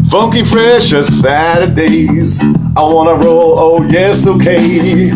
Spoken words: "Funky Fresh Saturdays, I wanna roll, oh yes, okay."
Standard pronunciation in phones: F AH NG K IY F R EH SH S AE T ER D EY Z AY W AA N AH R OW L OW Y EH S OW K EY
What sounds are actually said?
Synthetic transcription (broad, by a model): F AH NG K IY F R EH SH S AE T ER D EY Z AY W AA N AH R OW L OW Y EH S OW K EY